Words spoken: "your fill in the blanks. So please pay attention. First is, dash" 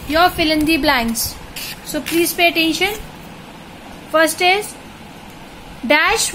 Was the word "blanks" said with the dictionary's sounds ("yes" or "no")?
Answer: no